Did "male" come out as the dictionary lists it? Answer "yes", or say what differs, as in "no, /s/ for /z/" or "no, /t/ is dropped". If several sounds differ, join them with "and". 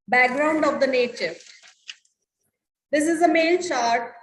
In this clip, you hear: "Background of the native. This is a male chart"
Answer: no, /n/ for /l/